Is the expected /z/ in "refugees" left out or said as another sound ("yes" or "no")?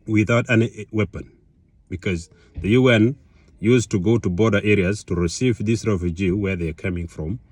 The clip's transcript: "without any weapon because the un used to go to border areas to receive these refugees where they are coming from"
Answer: yes